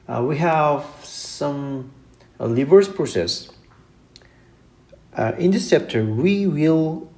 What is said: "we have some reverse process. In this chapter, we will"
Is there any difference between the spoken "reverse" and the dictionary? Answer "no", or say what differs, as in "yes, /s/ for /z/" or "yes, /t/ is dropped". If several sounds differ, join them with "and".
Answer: yes, /l/ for /ɹ/